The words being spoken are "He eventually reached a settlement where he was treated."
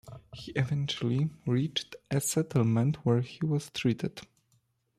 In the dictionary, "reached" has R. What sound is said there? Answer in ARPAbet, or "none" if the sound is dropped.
R